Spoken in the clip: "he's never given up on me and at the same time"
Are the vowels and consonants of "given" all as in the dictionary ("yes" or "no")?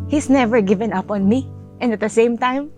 yes